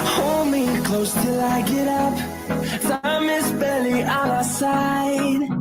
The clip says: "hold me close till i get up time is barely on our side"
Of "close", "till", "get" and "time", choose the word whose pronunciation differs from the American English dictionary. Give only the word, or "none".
time